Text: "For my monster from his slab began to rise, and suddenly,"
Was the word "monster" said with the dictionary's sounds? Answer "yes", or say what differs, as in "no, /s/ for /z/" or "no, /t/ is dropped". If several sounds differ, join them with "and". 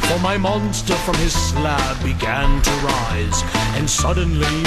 yes